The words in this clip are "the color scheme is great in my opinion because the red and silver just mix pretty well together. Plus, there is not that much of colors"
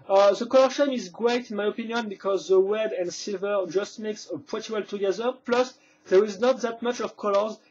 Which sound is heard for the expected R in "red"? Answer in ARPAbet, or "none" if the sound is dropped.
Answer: W